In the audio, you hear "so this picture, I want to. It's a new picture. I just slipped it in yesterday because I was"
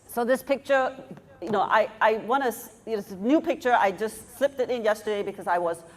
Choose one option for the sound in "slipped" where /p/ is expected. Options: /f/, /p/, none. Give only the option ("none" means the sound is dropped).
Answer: /p/